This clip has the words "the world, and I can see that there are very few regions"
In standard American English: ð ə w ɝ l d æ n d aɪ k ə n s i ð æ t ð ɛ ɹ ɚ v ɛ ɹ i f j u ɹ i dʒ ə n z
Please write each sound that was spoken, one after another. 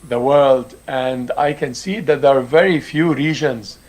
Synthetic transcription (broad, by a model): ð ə w ɝ l d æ n d aɪ k ə n s i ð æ t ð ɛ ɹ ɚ v ɛ ɹ i f j u ɹ i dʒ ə n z